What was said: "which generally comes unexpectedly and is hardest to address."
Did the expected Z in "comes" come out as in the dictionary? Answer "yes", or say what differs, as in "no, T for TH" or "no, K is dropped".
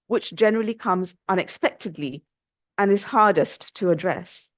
yes